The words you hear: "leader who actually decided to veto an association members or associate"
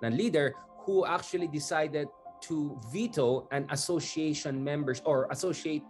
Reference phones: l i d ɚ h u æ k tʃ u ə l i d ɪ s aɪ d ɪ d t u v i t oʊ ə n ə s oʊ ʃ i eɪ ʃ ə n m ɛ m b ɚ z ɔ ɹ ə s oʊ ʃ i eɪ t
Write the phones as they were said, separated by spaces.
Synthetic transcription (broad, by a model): l i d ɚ h u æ k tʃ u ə l i d ɪ s aɪ d ɪ d t u v i t oʊ ə n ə s oʊ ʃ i eɪ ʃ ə n m ɛ m b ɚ s ɔ ɹ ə s oʊ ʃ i eɪ t